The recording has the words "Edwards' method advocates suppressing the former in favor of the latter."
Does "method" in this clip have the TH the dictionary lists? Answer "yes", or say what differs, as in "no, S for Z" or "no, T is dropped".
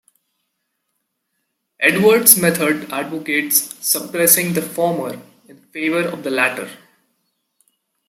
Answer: no, T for TH